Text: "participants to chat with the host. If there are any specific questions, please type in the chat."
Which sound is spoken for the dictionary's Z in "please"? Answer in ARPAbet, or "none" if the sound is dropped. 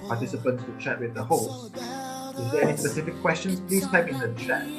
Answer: none